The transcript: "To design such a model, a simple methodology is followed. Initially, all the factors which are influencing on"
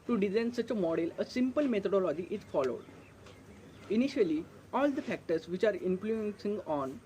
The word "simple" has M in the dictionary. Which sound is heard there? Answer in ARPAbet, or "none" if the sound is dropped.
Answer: M